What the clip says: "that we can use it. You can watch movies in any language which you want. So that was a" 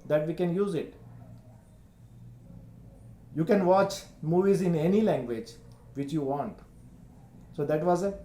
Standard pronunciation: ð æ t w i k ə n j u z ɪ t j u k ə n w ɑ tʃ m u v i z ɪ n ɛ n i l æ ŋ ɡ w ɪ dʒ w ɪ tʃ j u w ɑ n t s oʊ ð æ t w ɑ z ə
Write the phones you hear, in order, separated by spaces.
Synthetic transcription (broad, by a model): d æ t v i k ə n j u z ɪ t j u k ə n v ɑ tʃ m u v i z ɪ n ɛ n i l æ ŋ ɡ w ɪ dʒ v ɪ tʃ j u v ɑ n t s oʊ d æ t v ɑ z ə